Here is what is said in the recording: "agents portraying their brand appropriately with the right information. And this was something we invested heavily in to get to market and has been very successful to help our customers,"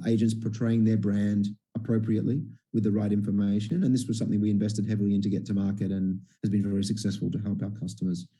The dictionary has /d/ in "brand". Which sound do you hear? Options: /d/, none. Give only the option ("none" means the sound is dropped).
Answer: /d/